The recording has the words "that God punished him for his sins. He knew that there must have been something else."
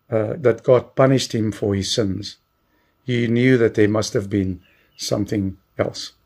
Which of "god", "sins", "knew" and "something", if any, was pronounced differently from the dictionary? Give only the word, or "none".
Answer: none